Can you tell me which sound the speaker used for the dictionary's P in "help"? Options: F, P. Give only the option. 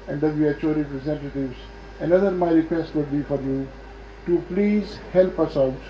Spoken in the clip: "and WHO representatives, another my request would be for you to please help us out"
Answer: P